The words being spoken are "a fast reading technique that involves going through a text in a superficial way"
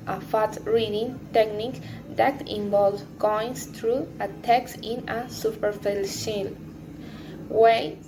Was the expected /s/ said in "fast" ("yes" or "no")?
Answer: no